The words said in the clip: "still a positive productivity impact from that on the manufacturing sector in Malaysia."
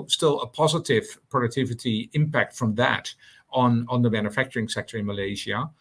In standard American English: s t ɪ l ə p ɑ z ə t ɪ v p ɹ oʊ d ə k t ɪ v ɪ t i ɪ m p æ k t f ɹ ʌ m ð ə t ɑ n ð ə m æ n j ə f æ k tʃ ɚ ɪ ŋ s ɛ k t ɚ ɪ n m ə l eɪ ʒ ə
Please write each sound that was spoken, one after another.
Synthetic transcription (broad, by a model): s t ɪ l ə p ɑ z ə t ɪ v p ɹ oʊ d ə k t ɪ v ɪ t i ɪ m p æ k t f ɹ ʌ m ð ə t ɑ n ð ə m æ n j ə f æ k tʃ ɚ ɪ ŋ s ɛ k t ɚ ɪ n m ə l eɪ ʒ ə